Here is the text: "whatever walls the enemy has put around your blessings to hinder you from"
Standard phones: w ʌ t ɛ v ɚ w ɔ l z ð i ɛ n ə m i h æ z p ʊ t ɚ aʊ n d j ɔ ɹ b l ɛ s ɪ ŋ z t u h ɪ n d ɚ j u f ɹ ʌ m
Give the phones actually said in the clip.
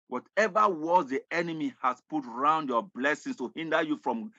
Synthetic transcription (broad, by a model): w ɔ t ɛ v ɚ w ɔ z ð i ɛ n ə m i h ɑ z p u t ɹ aʊ n d j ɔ b l ɛ s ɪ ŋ s t u h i n d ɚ j u f ɹ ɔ m